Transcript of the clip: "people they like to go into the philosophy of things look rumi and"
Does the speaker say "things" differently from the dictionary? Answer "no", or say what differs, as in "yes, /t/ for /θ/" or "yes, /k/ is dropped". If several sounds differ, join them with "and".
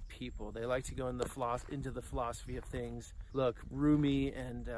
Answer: no